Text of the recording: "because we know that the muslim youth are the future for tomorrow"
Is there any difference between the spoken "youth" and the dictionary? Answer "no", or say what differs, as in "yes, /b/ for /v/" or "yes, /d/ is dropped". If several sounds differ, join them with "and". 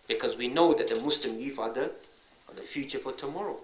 yes, /f/ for /θ/